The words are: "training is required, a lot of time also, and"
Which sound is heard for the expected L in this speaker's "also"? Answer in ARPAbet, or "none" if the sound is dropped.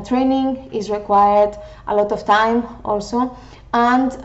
L